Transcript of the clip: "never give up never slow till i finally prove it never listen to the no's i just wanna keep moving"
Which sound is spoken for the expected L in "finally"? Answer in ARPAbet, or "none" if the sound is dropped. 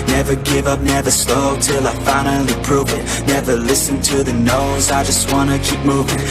none